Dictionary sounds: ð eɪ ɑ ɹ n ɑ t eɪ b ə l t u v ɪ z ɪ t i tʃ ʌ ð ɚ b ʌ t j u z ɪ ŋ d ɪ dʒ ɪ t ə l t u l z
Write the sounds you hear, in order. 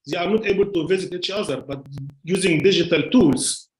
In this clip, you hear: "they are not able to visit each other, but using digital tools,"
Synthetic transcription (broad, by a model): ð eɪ ɑ ɹ n ɑ t eɪ b ə l t u v ɪ z ɪ t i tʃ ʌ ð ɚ b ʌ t j u z ɪ ŋ d ɪ dʒ ɪ t ə l t u l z